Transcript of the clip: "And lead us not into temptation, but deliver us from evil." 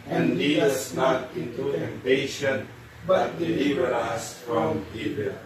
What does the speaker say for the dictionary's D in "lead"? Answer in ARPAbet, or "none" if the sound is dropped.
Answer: none